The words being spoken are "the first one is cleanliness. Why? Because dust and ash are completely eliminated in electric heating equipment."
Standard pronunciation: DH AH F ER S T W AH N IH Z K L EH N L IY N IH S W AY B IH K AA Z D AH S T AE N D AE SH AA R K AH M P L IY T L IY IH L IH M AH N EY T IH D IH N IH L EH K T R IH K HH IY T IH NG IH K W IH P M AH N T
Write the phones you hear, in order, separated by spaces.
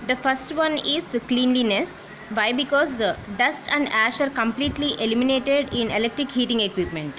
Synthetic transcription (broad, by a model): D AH F ER S T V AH N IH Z K L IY N L IY N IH S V AY B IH K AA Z D AH S T AE N D AE SH AA R K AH M P L IY T L IY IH L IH M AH N EY T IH D IH N IH L EH K T R IH K HH IY T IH NG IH K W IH P M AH N T